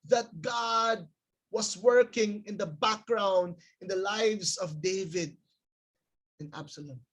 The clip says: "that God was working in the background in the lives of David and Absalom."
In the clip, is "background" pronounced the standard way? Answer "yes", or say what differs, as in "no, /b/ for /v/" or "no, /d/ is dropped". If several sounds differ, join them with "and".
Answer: yes